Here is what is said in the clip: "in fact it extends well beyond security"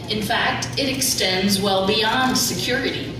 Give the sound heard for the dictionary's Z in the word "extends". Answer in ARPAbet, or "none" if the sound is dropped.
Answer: Z